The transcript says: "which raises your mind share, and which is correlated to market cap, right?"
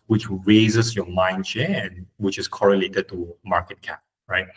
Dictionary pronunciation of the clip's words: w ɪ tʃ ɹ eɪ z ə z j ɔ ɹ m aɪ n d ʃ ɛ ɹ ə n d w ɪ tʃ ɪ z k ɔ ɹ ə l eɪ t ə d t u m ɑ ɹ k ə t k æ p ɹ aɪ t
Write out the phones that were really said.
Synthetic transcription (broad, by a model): w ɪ tʃ ɹ eɪ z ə s j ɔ m aɪ n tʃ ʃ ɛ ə n w ɪ tʃ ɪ s k ɔ ɹ ə l eɪ t ə d t u m ɑ k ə t k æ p ɹ aɪ t